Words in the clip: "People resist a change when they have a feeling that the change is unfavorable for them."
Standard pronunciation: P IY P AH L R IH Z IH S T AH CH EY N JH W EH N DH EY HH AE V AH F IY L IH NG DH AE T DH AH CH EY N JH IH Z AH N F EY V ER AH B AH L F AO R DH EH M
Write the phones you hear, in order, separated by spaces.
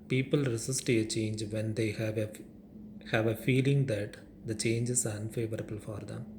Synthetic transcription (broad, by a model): P IY P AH L R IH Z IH S T AH CH EY N JH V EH N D EY HH AE V AH F IY L IH NG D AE T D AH CH EY N JH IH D AH N F EY V ER AH B AH L F AO R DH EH M